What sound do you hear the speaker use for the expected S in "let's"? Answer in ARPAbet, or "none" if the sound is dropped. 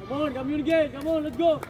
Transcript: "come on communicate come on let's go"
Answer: none